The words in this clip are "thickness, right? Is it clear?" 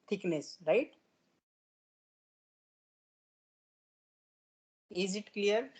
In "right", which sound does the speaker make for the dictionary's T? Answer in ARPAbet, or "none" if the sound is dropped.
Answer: T